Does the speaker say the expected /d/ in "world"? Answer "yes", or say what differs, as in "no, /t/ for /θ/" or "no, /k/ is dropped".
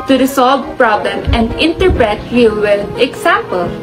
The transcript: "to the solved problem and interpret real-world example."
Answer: no, /d/ is dropped